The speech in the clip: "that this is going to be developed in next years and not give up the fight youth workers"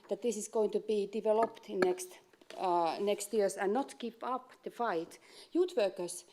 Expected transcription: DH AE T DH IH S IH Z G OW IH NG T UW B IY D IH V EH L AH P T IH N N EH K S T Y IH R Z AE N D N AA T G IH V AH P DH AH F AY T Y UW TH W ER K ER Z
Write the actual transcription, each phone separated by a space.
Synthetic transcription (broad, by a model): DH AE T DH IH S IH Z G OW IH NG T UW B IY D IH V EH L AH P T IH N N EH K S T Y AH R S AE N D N AA T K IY P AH P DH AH F AY T Y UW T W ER K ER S